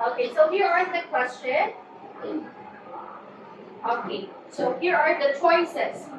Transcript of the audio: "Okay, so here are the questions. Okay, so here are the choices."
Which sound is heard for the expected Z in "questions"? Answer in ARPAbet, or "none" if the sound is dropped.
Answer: none